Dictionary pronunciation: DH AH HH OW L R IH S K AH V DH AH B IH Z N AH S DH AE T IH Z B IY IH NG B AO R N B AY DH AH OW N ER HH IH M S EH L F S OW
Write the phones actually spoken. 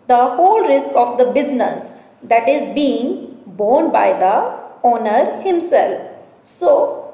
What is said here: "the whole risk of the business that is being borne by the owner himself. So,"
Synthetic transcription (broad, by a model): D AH HH OW L R IH S K AH V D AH B IH Z N AH S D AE T IH Z B IY IH NG B AO R N B AY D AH OW N ER HH IH M S EH L F S OW